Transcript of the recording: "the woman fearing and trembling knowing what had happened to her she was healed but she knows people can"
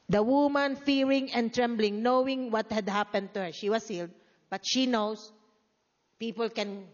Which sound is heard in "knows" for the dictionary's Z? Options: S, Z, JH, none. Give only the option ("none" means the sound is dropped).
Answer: S